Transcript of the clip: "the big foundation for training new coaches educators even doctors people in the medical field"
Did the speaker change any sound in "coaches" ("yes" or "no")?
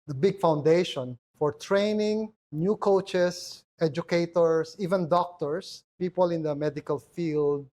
yes